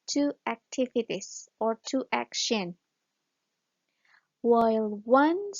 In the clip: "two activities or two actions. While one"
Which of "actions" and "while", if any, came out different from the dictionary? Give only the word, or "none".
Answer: actions